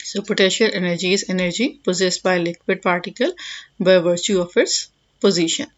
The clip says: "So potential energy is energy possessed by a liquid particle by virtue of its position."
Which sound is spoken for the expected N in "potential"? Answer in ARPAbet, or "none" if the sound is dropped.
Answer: none